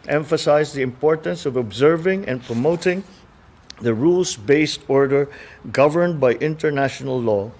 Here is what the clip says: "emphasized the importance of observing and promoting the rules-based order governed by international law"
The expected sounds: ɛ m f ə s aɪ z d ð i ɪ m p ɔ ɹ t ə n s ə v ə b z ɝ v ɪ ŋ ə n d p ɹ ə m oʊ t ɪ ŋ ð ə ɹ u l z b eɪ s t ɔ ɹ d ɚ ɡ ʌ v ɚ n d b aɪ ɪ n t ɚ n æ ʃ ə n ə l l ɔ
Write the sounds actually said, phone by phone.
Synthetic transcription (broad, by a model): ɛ m f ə s aɪ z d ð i ɪ m p ɔ ɹ t ə n s ə v ə b z ɝ v ɪ ŋ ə n p ɹ ə m oʊ t ɪ ŋ ð ə ɹ u l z b eɪ s t ɔ ɹ d ɚ ɡ ʌ v ɚ n d b aɪ ɪ n t ɚ n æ ʃ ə n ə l l ɔ